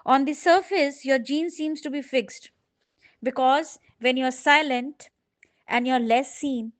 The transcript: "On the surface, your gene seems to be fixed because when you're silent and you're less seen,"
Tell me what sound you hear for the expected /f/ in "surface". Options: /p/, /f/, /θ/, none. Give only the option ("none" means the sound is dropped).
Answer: /f/